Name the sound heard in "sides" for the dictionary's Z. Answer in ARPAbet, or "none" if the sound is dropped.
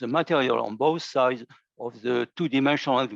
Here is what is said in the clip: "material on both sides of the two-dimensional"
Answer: Z